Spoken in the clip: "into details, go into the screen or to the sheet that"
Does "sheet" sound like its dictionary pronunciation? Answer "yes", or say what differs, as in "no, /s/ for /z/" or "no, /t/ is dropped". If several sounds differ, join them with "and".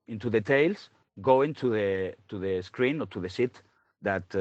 no, /s/ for /ʃ/